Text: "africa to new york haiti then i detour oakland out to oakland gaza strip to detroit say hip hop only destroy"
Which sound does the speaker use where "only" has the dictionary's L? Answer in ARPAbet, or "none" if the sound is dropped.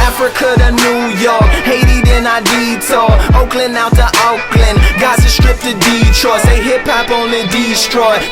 none